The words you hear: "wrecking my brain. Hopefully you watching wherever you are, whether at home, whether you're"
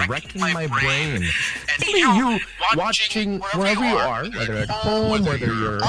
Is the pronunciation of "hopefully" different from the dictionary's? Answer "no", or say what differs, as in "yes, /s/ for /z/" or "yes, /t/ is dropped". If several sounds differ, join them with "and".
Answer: yes, /l/ is dropped